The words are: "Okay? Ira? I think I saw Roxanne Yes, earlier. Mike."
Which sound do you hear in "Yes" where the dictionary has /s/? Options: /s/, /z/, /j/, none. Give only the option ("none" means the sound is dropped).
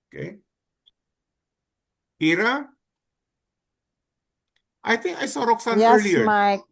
none